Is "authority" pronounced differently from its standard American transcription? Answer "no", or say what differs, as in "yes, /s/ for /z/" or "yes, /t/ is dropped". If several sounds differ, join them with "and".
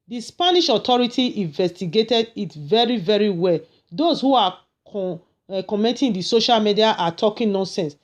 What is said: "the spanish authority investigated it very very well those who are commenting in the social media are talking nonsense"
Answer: yes, /t/ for /θ/